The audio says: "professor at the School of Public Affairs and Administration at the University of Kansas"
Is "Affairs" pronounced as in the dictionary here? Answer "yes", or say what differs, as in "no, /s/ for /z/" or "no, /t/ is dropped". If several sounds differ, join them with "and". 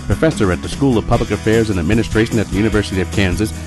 yes